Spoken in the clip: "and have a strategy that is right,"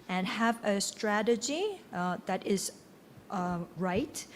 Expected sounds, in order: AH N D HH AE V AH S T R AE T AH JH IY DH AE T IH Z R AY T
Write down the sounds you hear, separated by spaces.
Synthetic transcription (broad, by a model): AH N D HH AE V AH S T R AE T AH JH IY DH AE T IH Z R AY T